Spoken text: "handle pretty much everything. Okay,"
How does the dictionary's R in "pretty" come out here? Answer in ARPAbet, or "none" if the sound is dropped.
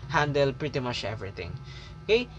R